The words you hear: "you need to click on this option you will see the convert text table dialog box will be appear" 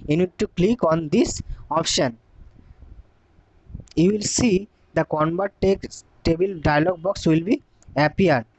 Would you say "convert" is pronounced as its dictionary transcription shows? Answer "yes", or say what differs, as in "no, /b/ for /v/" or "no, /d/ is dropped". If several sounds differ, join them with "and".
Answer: no, /b/ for /v/